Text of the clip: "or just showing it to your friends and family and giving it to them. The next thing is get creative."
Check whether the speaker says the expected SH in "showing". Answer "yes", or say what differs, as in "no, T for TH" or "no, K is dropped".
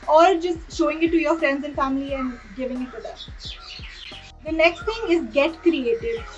yes